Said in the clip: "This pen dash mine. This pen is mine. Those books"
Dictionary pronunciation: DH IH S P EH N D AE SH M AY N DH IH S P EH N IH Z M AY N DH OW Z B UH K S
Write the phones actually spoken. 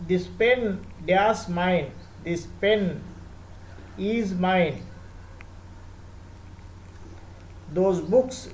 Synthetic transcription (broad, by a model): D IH S P EH N D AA S M AY N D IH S P EH N IH Z M AY N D OW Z B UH K S